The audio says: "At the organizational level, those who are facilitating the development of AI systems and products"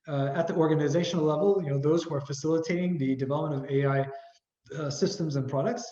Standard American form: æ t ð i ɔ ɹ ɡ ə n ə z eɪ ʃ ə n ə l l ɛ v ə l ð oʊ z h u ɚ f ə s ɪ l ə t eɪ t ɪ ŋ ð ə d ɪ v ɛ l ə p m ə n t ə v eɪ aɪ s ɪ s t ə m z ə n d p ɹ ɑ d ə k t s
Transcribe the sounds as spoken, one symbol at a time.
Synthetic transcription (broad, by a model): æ t ð i ɔ ɹ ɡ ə n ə z eɪ ʃ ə n l l ɛ v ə n ð oʊ z h u ɚ f ə s ɪ l ə t eɪ t ɪ ŋ ð ə d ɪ v ɛ l ə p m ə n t ə v eɪ aɪ s ɪ s t ə m z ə n p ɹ ɑ d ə k t s